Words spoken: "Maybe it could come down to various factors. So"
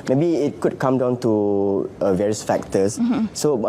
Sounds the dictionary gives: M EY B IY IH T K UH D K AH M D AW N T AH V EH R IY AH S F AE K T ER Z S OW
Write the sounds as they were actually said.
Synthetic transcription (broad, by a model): M EY B IY IH T K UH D K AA M D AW N T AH V EH R IY AH S F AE K T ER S S OW